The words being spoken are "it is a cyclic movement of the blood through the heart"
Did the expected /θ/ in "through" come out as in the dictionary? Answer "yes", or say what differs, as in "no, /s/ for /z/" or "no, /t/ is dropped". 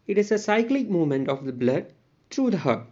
no, /t/ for /θ/